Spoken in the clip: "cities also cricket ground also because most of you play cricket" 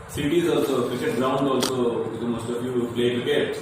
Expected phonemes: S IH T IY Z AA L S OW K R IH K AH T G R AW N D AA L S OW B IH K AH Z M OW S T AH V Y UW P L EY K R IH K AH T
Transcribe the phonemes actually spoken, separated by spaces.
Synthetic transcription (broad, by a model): S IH T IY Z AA L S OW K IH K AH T G R AW N D AA L S OW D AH M OW S T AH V Y UW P L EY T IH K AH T